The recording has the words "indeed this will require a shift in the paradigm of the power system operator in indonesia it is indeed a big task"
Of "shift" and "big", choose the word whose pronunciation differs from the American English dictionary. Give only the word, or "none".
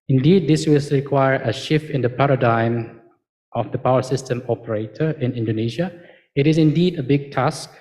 none